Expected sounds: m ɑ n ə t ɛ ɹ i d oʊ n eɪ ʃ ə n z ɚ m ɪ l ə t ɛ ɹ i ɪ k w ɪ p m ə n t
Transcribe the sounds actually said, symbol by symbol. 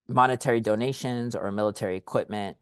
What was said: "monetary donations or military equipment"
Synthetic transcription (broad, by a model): m ɑ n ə t ɛ ɹ i d oʊ n eɪ ʃ ə n z ɚ m ɪ l ə t ɛ ɹ i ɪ k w ɪ p m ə n t